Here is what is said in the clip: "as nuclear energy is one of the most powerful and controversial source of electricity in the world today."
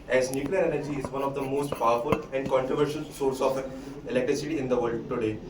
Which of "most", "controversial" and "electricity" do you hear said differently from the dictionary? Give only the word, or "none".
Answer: none